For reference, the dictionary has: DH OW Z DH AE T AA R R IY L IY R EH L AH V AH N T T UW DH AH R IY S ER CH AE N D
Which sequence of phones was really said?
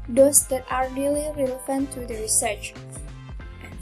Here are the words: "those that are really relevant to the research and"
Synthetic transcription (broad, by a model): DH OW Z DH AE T AA R R IY L IY R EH L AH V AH N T T UW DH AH R IY S ER CH